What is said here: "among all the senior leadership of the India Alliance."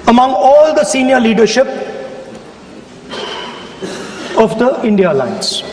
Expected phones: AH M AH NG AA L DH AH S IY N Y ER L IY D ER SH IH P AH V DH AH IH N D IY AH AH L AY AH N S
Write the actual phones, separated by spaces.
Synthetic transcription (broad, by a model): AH M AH NG AA L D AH S IY N Y ER L IY D ER SH IH P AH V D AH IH N D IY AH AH L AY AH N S